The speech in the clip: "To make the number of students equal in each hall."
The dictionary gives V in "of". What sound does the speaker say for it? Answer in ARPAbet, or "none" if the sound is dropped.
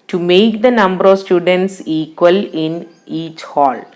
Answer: V